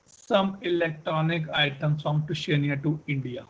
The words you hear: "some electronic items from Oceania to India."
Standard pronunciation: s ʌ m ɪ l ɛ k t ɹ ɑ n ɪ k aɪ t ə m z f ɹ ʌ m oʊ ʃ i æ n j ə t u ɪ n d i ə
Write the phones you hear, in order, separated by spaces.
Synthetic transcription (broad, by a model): s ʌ m ɪ l ɛ k t ɹ ɑ n ɪ k aɪ t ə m s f ɹ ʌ m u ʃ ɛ n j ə t u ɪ n d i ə